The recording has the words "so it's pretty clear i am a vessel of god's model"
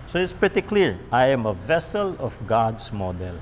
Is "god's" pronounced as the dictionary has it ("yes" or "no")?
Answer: no